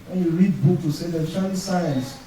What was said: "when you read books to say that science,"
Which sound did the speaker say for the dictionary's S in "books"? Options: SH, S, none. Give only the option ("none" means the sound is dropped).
none